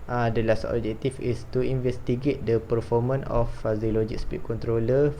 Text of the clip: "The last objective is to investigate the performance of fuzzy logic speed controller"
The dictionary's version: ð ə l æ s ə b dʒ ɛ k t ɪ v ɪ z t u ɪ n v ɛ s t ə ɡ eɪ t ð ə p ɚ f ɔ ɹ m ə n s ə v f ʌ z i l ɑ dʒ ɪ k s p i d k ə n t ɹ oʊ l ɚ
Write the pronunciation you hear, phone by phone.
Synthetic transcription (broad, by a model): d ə l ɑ s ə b dʒ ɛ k t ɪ f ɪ s t u ɪ n v ɛ s t ə ɡ eɪ t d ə p ɚ f ɔ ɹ m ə n ə f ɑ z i l ɑ dʒ ɪ k s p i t k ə n t ɹ oʊ l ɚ